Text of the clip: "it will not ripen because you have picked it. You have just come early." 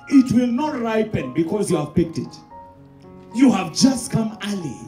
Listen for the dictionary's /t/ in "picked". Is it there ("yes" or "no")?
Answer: yes